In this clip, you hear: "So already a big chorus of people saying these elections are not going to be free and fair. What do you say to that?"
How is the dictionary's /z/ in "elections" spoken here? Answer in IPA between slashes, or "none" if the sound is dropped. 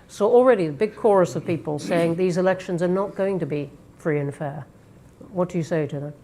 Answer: /z/